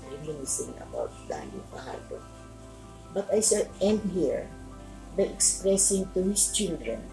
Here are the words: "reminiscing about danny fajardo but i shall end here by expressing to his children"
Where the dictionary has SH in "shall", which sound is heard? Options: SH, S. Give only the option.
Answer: S